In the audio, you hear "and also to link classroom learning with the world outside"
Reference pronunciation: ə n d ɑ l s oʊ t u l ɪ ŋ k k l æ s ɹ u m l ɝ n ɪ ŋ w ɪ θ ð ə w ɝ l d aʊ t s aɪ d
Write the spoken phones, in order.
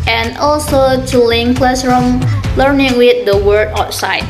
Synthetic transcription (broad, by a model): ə n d ɑ l s oʊ t u l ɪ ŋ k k l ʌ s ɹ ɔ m l ɝ n ɪ ŋ w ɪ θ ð ə w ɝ d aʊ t s aɪ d